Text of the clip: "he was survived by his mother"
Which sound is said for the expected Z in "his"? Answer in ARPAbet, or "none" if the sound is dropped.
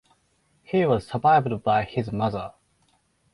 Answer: Z